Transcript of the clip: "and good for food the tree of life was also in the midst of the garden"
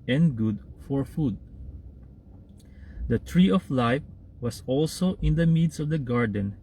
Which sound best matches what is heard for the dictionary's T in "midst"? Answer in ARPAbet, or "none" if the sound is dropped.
none